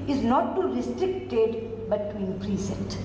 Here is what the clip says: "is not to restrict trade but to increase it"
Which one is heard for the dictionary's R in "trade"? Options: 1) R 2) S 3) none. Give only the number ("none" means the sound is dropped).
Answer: 3